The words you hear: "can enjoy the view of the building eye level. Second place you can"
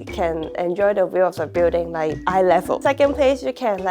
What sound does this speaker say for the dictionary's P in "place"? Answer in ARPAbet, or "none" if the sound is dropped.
P